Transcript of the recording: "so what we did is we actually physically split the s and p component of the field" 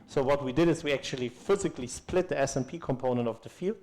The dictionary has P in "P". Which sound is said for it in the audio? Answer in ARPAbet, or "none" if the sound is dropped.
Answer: P